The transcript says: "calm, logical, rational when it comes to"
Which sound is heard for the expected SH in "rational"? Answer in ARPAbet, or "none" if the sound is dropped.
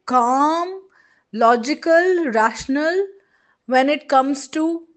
SH